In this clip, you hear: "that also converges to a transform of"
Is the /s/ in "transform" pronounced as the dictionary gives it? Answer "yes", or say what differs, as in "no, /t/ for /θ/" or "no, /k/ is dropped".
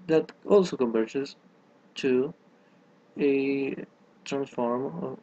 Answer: yes